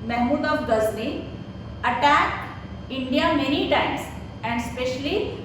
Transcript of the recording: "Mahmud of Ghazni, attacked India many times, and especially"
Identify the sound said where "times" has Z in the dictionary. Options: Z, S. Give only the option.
S